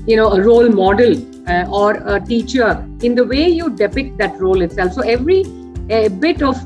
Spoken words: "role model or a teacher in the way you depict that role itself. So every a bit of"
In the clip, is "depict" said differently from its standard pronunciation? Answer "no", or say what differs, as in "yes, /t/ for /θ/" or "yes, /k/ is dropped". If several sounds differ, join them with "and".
no